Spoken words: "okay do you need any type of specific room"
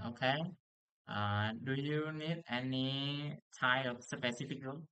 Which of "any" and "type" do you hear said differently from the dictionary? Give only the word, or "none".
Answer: type